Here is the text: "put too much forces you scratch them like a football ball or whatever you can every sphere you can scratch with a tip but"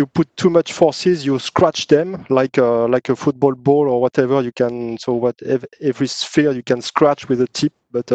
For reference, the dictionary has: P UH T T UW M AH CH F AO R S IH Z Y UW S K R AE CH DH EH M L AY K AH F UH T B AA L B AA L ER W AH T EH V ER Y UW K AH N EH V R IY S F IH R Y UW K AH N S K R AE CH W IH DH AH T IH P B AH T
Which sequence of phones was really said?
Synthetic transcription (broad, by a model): P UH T T UW M AH CH F AO R S IH Z Y UW S K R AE CH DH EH M L AY K AH F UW T B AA L B AA L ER W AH T EH V ER Y UW K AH N EH V R IY S F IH R Y UW K AH N S K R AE CH W IH DH AH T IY P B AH T